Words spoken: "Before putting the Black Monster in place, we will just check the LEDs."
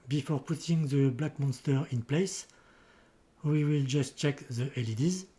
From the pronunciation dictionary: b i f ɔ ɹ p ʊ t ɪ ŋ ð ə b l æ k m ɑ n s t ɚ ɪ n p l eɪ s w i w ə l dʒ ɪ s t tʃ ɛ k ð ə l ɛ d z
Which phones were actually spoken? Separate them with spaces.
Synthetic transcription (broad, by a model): b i f ɔ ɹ p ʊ t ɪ ŋ ð ə b l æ k m ɑ n s t ɚ ɪ n p l eɪ s w i w ə l dʒ ɪ s t tʃ ɛ k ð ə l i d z